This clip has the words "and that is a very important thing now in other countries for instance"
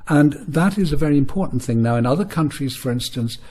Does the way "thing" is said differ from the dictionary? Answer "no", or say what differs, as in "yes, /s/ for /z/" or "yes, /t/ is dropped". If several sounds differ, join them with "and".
no